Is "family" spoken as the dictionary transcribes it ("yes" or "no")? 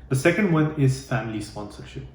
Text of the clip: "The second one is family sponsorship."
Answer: yes